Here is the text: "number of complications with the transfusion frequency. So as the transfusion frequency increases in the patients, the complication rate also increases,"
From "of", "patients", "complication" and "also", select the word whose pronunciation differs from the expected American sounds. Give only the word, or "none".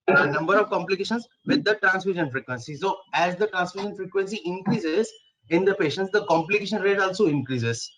none